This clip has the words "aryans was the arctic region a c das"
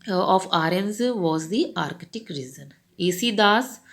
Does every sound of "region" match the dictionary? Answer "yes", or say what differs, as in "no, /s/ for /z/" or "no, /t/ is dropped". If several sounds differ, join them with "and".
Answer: no, /z/ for /dʒ/